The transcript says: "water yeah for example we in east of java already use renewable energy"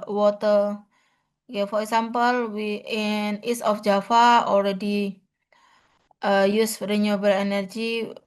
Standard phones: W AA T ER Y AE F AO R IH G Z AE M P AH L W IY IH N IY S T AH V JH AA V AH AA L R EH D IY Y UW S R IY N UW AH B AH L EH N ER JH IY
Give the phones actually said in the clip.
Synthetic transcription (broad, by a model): W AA T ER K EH F AO R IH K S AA M P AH L W IY IH N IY S AH F JH AA F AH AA L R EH D IY Y UW S R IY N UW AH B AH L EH N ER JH IY